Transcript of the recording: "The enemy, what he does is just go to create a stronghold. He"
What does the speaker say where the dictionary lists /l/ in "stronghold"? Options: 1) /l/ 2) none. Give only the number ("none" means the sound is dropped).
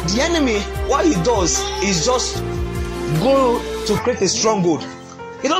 2